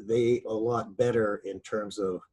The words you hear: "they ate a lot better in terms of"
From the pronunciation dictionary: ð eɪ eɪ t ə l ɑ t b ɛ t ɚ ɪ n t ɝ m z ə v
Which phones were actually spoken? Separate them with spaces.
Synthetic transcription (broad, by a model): ð eɪ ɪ ə l ɑ t b ɛ t ɚ ɪ n t ɝ m z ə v